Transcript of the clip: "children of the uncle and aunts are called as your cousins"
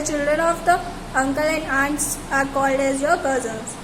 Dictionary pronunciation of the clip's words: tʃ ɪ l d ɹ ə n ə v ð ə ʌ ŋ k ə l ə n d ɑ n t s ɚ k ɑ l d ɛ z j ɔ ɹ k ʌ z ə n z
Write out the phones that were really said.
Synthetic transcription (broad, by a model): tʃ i l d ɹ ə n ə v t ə ʌ ŋ k ə l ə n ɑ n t ɑ k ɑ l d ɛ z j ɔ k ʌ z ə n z